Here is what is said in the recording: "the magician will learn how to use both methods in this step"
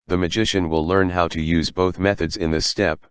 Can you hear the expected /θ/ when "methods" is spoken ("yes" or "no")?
yes